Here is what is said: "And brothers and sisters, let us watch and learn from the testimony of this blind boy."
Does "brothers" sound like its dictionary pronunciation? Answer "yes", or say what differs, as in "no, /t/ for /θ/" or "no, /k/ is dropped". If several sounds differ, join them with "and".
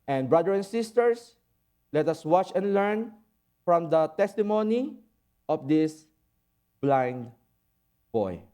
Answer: no, /z/ is dropped